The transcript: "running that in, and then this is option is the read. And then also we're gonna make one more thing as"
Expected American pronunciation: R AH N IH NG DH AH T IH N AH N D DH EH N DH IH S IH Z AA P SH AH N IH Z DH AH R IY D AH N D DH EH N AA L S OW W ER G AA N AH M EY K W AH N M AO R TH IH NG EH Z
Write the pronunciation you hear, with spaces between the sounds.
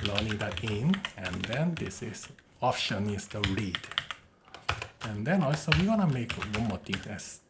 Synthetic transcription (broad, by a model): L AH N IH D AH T IH N AH N D EH N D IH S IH S AA P SH AH N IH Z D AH R IY D AH N D EH N AA L S OW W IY G AA N AH M EY K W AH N M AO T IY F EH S